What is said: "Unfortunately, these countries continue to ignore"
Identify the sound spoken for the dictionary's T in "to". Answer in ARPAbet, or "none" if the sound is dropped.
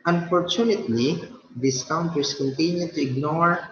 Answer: T